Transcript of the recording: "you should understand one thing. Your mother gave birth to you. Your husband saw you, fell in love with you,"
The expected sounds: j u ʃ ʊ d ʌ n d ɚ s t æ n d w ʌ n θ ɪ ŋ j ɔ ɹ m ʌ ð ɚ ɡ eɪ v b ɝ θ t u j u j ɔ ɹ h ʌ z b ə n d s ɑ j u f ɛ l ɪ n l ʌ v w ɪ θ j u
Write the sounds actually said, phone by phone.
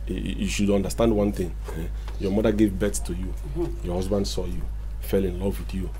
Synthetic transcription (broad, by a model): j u ʃ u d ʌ n d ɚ s t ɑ n d w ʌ n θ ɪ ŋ j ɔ m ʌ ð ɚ ɡ eɪ v b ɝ s t u j u j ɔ h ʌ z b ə n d s ɑ j u f ɛ l ɪ n l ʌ v w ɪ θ j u